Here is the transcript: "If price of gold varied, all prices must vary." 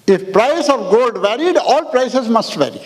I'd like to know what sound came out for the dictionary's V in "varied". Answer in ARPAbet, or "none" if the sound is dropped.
V